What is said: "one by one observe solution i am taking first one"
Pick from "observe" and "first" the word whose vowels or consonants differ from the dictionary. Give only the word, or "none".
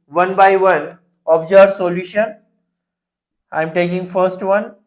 observe